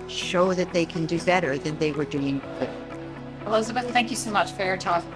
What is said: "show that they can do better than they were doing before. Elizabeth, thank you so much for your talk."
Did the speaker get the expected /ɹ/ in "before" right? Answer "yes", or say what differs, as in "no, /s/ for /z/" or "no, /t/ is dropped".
no, /l/ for /ɹ/